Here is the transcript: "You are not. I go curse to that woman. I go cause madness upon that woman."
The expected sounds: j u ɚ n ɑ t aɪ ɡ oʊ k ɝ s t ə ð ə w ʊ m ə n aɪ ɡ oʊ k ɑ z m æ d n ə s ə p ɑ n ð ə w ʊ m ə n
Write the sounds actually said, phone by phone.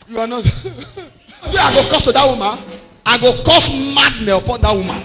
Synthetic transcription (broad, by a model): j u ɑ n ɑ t aɪ ɡ oʊ k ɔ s t ə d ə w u m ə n aɪ ɡ oʊ k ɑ s m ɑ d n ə ə p ɑ n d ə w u m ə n